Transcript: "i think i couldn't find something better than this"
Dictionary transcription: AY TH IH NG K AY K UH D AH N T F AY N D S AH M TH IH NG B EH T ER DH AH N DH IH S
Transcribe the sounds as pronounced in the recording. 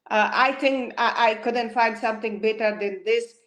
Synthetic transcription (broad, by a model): AY T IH NG K AY K UH D AH N T F AY N D S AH M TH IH NG B EH T ER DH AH N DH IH S